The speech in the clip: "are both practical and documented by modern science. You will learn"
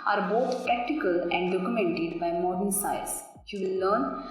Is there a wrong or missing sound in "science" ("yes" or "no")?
yes